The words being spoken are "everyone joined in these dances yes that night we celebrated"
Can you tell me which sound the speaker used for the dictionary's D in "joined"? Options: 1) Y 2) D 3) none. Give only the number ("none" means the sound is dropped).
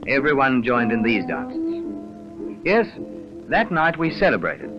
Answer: 2